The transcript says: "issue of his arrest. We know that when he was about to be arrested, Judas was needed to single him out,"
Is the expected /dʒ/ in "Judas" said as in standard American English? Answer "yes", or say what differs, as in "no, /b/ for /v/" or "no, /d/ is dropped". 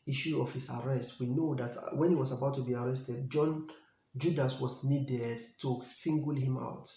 yes